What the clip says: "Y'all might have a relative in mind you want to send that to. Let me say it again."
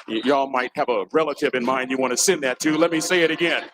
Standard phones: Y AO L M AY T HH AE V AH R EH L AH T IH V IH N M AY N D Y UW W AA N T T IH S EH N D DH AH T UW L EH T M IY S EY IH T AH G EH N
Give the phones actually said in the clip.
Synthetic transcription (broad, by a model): Y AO L M AY T HH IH V AH R EH L AH T IH V IH N M AY N D Y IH W AA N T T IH S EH N DH AH T UW L EH T M IY S EY IH T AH G EH N